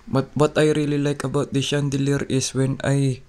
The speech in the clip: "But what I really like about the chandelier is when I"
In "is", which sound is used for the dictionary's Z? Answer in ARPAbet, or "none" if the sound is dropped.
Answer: S